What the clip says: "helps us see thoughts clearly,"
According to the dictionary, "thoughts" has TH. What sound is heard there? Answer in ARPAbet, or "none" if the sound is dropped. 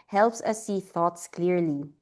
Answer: TH